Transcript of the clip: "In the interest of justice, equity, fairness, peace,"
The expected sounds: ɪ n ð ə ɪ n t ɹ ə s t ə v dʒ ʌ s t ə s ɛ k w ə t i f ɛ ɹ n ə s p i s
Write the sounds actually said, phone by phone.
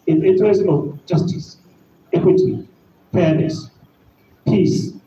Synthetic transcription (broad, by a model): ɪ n ɪ n t ɹ ə s t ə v dʒ ʌ s t ə s ɛ k w ə t i p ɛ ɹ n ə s p i s